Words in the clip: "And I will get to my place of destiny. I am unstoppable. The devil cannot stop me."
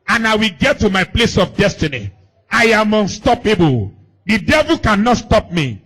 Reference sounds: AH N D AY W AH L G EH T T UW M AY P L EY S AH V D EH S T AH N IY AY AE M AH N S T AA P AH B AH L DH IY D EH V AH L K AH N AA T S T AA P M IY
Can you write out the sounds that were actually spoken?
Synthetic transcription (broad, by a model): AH N AY W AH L G EH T T UW M AY P L EY S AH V D EH S T AH N IY AY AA M AH N S T AA P AH B AH L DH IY D EH V AH L K AH N AA T S T AA P M IY